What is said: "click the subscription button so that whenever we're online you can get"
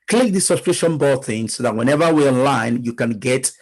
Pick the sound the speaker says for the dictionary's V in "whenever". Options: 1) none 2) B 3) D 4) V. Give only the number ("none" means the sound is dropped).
4